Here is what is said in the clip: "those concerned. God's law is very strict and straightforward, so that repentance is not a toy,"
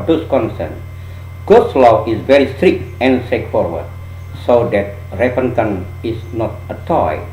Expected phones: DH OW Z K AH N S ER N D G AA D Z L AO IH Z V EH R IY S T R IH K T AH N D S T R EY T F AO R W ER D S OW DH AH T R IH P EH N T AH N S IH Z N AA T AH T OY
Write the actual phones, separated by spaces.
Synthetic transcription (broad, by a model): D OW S K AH N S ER N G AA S L AO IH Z V EH R IY S T R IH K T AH N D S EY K F AO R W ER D S OW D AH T R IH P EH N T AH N IH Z N AA T AH T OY